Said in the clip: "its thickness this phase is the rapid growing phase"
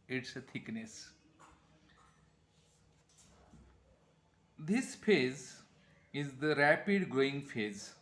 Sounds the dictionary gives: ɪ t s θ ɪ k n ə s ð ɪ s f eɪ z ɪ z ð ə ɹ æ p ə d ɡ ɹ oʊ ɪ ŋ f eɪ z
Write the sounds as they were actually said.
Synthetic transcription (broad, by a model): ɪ t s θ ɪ k n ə s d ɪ s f eɪ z ɪ z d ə ɹ æ p ə d ɡ oʊ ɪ ŋ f eɪ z